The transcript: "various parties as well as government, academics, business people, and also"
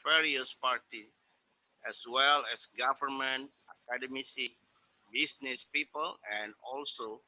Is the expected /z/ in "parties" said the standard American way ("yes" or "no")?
no